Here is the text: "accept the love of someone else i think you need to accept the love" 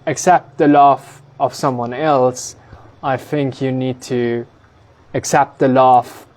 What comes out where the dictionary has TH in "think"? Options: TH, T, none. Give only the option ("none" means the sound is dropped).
TH